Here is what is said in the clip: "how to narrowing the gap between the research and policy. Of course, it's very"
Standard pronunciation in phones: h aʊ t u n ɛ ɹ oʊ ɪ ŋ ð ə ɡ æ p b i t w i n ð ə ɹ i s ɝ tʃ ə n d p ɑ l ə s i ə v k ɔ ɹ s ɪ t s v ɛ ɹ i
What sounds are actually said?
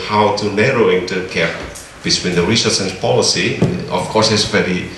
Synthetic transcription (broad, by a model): h aʊ t u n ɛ ɹ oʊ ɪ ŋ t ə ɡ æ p b i t w i n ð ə ɹ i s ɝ s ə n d p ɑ l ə s i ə f k ɔ ɹ s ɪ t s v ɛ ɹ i